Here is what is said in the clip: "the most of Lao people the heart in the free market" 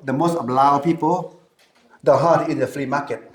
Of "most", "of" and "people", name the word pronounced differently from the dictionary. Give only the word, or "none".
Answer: of